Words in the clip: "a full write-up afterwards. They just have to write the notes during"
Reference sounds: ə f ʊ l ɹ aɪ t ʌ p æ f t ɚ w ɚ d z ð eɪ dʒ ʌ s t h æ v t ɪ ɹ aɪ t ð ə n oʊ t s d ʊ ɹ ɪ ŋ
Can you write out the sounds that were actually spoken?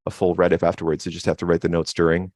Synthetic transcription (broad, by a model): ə f ʊ l ɹ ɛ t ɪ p æ f t ɚ w ɚ d z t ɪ dʒ ʌ s t h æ f t ɪ ɹ aɪ t ð ə n oʊ t s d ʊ ɹ ɪ ŋ